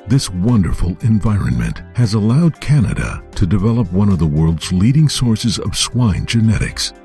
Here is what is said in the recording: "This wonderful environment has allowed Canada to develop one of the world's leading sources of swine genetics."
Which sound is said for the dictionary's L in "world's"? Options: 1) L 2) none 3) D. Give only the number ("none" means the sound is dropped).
1